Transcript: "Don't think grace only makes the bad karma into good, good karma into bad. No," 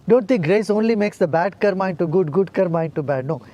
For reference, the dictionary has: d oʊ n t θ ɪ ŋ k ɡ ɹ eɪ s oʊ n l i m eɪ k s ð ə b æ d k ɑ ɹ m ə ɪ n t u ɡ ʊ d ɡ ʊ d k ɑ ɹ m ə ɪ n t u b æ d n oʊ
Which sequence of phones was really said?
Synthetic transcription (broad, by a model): d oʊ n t t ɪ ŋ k ɡ ɹ eɪ s oʊ n l i m eɪ k s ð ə b æ d k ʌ ɹ m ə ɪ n t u ɡ ʊ d ɡ ʊ d k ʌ ɹ m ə ɪ n t u b æ d n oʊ